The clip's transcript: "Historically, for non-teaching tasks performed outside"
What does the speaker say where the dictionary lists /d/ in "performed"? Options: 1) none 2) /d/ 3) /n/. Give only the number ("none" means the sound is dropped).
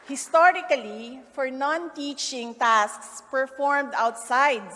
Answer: 2